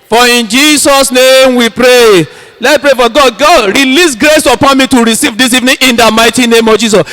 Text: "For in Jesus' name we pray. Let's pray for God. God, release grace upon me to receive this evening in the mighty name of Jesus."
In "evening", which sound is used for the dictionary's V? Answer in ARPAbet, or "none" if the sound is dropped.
V